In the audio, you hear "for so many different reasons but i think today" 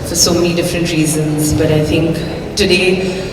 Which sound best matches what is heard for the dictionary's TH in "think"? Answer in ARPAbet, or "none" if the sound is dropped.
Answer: TH